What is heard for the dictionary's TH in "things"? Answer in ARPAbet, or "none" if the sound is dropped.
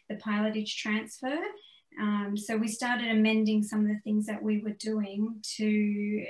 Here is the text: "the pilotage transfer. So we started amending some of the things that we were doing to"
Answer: TH